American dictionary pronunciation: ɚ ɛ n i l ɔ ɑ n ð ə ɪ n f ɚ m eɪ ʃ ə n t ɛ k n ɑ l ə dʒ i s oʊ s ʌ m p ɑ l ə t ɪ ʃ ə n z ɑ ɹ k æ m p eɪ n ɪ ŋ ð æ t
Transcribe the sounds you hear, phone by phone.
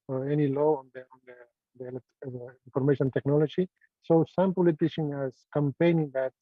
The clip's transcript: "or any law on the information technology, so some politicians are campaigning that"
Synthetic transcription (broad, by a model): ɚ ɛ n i l ɔ ɑ n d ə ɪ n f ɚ m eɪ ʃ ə n t ɛ k n ɑ l ə dʒ i s oʊ s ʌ m p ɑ l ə t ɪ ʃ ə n ɑ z k æ m p eɪ n ɪ ŋ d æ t